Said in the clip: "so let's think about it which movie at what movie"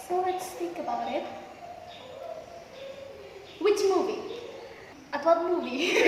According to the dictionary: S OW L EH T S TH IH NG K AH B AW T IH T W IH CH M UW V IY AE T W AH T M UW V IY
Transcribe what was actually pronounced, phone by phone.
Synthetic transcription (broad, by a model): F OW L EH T S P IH K AH B AW T IH T W IH CH M UW V IY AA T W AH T M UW V IY